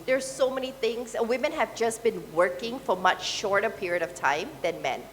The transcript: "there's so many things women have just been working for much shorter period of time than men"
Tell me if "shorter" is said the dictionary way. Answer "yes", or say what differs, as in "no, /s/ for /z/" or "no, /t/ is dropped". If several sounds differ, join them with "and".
yes